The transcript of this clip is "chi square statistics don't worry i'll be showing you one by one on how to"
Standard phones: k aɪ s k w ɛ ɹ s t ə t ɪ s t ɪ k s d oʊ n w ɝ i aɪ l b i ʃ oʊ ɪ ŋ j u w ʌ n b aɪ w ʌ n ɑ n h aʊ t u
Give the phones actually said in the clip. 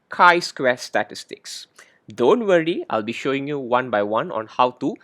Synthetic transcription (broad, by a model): k aɪ s k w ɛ s t ə t ɪ s t ɪ k s d oʊ n w ɝ i aɪ l b i ʃ oʊ ɪ ŋ j u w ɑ n b aɪ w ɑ n ɑ n h aʊ t u